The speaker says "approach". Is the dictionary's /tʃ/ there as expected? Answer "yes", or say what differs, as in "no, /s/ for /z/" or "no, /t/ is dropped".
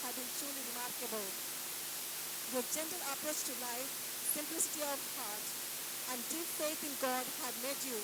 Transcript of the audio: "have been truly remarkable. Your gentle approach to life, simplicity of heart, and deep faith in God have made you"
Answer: no, /s/ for /tʃ/